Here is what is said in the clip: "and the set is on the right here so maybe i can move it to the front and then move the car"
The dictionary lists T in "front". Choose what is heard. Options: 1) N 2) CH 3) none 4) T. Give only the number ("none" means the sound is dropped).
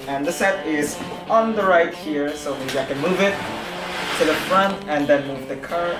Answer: 4